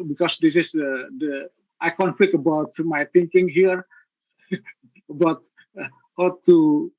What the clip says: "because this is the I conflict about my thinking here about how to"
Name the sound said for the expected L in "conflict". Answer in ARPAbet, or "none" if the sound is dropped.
none